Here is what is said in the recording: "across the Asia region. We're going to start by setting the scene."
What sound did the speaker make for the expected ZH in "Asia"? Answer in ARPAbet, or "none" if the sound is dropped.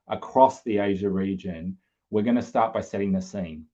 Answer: ZH